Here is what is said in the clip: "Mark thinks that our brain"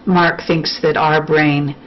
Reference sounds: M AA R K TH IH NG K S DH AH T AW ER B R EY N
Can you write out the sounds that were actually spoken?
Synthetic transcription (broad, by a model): M AA R K TH IH NG K S DH AH T AW ER B R EY N